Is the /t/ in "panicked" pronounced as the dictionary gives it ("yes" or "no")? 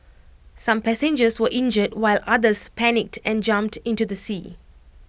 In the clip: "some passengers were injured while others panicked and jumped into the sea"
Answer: yes